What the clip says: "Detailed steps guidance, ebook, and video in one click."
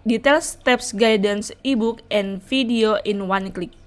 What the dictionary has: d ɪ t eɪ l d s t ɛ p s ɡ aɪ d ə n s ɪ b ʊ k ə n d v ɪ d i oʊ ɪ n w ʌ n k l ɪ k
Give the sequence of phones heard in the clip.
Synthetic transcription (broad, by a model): d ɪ t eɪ l s t ɛ p s ɡ aɪ d ə n s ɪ b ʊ k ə n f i d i oʊ ɪ n w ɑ n k l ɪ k